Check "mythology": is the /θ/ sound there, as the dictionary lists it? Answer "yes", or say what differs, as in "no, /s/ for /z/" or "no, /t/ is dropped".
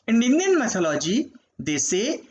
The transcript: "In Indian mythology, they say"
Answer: no, /s/ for /θ/